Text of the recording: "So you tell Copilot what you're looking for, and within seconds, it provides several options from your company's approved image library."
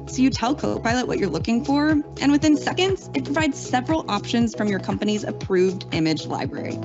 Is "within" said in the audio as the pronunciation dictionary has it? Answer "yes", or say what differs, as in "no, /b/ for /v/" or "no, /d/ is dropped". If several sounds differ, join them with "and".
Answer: yes